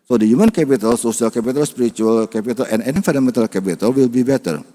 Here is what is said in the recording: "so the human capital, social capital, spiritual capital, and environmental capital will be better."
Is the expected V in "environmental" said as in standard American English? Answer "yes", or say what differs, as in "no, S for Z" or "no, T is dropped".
no, F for V